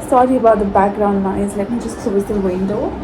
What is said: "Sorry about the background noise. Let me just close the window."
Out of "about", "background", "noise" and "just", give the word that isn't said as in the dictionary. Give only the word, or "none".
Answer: noise